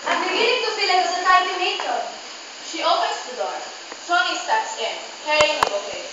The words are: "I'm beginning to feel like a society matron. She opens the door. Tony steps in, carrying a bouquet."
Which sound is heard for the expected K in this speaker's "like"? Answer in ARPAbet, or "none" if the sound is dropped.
none